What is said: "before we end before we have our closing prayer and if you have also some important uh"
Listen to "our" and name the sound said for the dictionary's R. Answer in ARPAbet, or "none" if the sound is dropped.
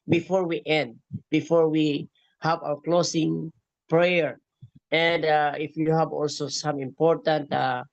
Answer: W